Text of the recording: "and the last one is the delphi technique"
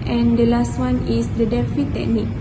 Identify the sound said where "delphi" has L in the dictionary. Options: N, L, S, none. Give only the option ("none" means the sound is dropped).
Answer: none